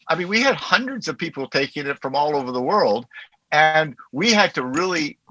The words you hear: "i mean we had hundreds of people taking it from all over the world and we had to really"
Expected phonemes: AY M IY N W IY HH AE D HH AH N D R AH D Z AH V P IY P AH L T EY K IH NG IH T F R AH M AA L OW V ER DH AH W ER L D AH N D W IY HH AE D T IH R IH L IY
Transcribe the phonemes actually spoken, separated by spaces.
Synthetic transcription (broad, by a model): AY M IY N W IY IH D HH AH N D R AH D Z AH V P IY P L T EY K IH NG IH T F R AH M AA L OW V ER DH AH W ER L D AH N W IY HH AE D T IH R IH L IY